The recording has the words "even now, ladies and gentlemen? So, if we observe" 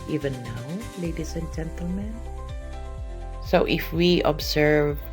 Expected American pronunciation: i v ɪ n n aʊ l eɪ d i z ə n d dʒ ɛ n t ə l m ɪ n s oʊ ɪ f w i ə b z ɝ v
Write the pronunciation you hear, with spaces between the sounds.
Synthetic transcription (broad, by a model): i v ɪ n n aʊ l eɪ d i s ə n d dʒ ɛ n t ə l m ɪ n s oʊ ɪ f w i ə b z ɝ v